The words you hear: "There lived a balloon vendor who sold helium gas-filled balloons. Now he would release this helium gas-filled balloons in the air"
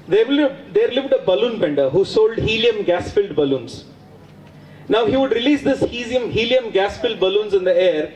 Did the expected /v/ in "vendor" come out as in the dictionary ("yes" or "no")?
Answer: no